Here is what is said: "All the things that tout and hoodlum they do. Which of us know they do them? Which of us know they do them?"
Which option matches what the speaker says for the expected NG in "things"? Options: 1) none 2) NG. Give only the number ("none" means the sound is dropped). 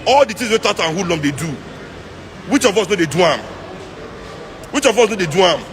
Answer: 1